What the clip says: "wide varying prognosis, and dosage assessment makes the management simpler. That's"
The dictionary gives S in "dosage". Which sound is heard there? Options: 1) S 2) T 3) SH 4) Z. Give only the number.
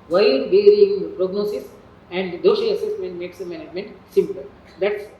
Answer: 3